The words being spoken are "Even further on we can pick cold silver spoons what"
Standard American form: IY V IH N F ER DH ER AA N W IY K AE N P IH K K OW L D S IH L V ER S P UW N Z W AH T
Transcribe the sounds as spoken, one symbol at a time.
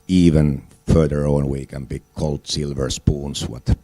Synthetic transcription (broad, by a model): IY V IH N F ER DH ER AA N W IY K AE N B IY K K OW L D S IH L V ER S P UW N S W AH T